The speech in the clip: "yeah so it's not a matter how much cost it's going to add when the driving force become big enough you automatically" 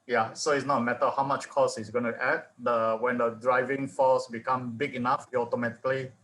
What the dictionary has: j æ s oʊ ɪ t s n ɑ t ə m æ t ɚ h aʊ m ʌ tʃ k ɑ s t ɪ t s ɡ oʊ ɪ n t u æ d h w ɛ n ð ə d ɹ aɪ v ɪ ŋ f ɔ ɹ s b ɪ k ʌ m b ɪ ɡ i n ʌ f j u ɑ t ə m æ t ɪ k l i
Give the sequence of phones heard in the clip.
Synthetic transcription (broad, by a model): j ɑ s oʊ ɪ t s n ɑ t m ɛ t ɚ h aʊ m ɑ tʃ k ɑ s ɪ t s ɡ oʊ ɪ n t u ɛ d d w ɛ n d ə d ɹ aɪ v ɪ ŋ f ɔ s b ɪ k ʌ m b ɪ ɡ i n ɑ f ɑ t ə m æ t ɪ k l i